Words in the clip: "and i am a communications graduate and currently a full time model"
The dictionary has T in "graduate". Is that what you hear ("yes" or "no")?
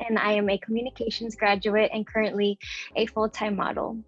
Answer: yes